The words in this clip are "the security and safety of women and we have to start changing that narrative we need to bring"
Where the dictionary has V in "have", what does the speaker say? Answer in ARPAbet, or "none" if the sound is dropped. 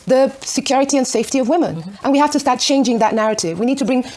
F